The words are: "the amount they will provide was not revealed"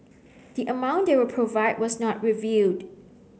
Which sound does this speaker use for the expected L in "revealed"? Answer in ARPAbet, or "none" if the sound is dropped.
none